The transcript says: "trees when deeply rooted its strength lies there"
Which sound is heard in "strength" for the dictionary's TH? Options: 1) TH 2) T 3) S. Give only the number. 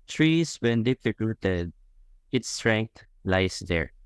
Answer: 2